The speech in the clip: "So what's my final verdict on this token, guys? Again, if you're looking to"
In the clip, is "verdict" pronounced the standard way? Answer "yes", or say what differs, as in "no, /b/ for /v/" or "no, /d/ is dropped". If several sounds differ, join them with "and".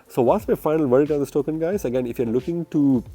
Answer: no, /t/ is dropped